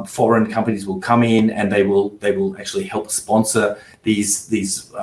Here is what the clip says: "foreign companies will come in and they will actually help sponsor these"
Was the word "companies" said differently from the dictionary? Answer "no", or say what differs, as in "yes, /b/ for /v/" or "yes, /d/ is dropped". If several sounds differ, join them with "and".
no